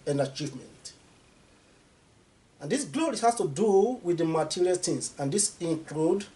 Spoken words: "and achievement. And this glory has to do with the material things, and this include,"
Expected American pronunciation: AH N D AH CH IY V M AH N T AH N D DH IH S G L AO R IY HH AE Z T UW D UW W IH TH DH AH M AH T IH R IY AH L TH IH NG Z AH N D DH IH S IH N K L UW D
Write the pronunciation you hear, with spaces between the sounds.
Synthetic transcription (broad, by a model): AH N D AH CH IY V M AH N T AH N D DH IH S G L AO R IY HH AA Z T UW D UW W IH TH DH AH M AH T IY R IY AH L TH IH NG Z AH N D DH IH S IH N K L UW D